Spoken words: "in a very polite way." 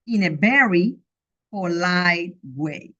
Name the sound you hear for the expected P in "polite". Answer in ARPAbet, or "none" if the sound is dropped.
F